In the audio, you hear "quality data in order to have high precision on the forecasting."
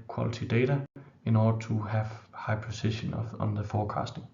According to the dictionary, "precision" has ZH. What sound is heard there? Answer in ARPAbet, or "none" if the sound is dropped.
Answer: SH